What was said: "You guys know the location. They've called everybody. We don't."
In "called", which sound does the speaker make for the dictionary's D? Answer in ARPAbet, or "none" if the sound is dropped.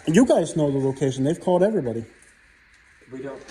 D